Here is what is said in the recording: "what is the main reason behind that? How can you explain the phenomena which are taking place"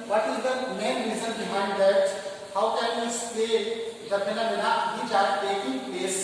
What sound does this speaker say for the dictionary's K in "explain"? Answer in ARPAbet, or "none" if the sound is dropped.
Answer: none